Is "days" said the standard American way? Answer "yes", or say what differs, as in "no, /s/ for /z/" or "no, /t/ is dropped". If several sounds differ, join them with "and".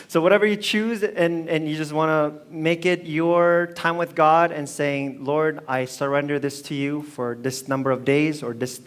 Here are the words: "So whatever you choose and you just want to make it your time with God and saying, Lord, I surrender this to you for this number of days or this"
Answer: yes